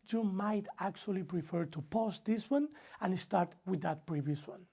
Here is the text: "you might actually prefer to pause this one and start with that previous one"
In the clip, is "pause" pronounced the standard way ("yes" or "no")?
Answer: no